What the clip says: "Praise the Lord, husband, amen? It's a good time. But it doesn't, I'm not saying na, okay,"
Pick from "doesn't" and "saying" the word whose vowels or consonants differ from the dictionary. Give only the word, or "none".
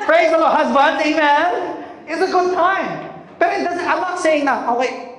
doesn't